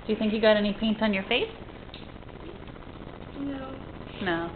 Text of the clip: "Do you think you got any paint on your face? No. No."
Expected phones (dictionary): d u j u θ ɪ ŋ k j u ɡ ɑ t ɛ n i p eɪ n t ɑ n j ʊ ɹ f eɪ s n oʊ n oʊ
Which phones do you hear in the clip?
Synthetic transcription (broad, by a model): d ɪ j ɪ θ ɪ ŋ k j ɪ ɡ ɑ t ɛ n i p eɪ n t n j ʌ ɹ f eɪ s n oʊ n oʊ